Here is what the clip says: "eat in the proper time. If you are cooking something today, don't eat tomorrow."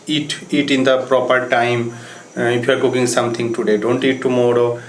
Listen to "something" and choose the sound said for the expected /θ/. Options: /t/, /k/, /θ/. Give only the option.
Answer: /t/